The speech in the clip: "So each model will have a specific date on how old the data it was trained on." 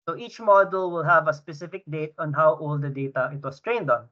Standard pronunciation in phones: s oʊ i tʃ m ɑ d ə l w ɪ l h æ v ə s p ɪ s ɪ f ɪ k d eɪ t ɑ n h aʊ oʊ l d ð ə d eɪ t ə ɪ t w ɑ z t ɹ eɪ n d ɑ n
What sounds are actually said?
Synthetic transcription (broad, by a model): s oʊ i tʃ m ɑ d ə l w ɪ l h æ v ə s p ɪ s ɪ f ɪ k d eɪ t ɑ n h aʊ oʊ l d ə d eɪ t ə ɪ t w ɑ s t ɹ eɪ n d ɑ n